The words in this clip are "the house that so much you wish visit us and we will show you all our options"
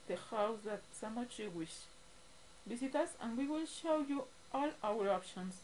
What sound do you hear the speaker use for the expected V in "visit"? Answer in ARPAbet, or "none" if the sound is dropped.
B